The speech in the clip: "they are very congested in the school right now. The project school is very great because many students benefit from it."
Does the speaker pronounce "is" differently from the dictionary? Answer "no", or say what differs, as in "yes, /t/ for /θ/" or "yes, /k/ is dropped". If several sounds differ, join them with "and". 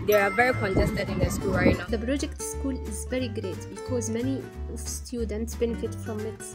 no